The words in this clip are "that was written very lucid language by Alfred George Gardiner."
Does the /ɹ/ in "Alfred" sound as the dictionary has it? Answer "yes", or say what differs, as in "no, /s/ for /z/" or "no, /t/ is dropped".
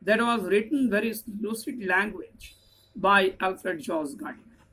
yes